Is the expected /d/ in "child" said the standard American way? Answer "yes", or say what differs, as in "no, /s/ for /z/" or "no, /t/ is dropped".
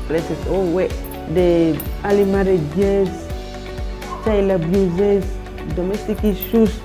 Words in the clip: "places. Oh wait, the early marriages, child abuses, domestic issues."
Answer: no, /d/ is dropped